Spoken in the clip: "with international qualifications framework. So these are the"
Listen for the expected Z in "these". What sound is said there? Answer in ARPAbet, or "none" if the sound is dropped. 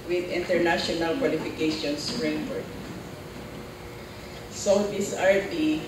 S